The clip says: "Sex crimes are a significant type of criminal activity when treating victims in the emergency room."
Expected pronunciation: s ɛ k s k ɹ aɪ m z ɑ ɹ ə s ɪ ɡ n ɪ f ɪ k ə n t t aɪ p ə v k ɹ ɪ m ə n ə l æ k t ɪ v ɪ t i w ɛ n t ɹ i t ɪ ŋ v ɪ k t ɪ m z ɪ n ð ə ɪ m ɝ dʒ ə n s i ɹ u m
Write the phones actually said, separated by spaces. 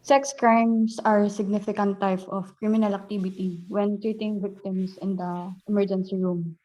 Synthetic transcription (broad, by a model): s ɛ k s k ɹ aɪ m s ɑ ɹ s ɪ ɡ n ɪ f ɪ k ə n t t aɪ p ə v k ɹ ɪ m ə n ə l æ k t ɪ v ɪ t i w ɛ n t ɹ i t ɪ ŋ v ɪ k t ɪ m s ɪ n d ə ɪ m ɝ dʒ ə n s i ɹ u m